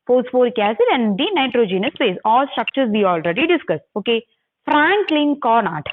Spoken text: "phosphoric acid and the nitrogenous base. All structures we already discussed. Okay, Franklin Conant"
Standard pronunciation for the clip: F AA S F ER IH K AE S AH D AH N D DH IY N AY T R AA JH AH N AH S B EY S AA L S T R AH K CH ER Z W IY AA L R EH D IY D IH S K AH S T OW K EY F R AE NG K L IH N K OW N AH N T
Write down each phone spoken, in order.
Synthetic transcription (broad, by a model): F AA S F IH K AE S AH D AH N D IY N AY T R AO JH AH N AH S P EY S AA L S T R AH K CH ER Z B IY AA L R EH D IY D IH S K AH S OW K EY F R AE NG K L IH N K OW N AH T